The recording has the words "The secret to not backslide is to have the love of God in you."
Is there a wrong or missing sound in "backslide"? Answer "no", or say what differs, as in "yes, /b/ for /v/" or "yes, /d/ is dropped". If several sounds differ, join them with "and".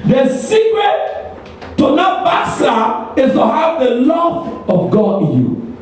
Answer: yes, /k/ is dropped and /l/ is dropped and /d/ is dropped